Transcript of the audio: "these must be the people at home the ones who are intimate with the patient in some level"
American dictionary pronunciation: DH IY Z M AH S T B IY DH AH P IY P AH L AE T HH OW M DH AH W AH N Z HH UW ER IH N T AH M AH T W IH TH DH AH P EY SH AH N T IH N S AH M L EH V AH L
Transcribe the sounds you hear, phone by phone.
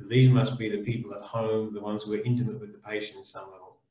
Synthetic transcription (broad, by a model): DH IY Z M AH S T B IY DH AH P IY P AH L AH T HH OW M DH AH W AH N Z HH UW ER IH N T AH M AH T W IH DH AH P EY AH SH IH N S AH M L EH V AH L